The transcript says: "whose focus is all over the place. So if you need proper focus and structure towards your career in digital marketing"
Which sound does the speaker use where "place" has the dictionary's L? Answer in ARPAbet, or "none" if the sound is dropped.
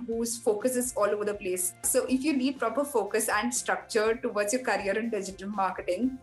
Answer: L